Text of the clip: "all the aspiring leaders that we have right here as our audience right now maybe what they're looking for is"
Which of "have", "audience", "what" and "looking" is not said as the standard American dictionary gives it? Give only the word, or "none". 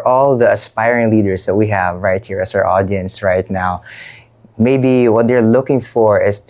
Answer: none